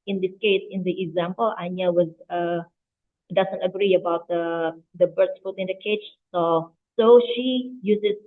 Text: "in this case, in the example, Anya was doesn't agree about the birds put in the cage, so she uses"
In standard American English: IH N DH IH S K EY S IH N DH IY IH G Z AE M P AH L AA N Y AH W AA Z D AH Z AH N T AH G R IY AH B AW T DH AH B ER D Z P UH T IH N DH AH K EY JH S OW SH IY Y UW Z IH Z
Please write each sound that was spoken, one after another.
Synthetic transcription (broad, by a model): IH N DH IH S K EY S IH N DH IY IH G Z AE M P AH L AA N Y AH W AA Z D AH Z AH N T AH G R IY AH B AW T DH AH B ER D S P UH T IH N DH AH K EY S S OW SH IY Y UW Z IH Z